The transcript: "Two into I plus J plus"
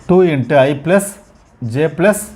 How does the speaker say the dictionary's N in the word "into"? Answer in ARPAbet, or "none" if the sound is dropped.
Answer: N